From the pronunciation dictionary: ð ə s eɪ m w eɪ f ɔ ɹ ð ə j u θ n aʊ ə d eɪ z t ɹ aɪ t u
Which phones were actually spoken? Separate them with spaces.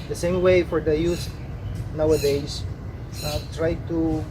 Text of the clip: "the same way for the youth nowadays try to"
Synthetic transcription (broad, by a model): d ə s eɪ m w eɪ f ɔ ɹ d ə j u s n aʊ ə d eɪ s t ɹ aɪ t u